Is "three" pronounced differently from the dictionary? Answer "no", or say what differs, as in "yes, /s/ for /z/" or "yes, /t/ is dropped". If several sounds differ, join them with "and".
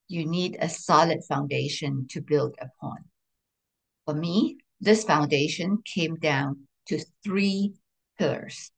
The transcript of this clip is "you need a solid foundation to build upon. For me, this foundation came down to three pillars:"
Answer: no